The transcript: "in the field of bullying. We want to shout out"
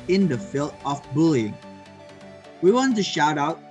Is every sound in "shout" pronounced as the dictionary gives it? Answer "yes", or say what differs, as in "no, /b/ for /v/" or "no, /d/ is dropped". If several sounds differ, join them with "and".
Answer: yes